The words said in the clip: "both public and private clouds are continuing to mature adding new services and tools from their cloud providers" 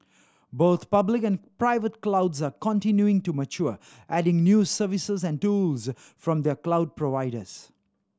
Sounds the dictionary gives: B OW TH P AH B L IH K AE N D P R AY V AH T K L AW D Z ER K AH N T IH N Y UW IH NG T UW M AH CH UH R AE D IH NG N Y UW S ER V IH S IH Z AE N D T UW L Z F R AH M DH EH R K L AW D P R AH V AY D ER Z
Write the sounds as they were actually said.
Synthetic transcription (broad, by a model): B OW T P AH B L IH K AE N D P R AY V AH T K L AW D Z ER K AH N T IH N Y UW IH NG T UW M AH CH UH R AE D IH NG N Y UW S ER V IH S IH Z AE N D T UW L Z F R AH M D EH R K L AW D P R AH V AY D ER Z